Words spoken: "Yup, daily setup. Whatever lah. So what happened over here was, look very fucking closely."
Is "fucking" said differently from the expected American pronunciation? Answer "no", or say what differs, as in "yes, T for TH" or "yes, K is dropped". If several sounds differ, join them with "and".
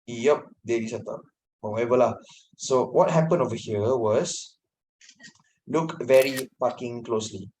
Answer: yes, P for F